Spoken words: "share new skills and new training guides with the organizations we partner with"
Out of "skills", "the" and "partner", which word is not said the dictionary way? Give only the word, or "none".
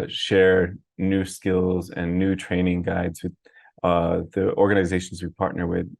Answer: none